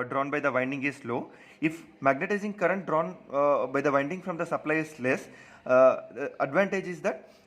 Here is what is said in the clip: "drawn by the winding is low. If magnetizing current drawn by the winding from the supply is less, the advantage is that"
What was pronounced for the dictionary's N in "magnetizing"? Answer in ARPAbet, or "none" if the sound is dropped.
N